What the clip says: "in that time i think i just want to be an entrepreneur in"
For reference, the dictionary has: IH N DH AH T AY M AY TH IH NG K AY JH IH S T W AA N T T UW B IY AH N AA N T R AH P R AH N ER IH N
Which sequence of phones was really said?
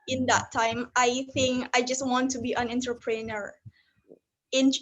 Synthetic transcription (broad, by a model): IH N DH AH T AY M AY TH IH NG K AY JH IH S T W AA N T T UW B IY AH N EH N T AH P R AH N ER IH N